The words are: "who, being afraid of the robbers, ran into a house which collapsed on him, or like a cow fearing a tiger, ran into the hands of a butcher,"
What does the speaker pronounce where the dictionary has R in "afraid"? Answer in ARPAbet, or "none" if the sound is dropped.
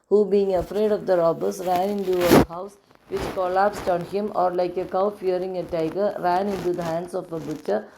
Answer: R